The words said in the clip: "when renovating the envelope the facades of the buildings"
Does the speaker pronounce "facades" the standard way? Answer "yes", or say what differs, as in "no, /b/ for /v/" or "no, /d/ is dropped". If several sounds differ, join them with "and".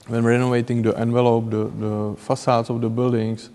no, /s/ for /z/